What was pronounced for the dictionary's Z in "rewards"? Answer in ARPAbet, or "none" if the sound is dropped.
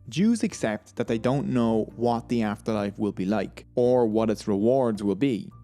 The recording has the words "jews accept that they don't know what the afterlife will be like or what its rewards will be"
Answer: Z